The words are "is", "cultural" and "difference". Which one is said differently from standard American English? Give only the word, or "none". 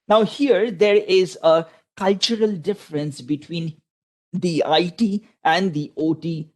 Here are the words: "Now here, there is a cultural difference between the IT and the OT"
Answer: none